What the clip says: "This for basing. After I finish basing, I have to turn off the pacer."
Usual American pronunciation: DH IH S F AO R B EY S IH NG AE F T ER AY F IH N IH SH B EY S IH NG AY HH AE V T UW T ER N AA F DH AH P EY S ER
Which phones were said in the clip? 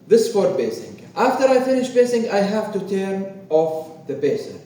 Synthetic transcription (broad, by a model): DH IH S F AO R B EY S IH NG AE F T ER AY F IH N IH SH B EY S IH NG AY HH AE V T UW T ER N AA F DH AH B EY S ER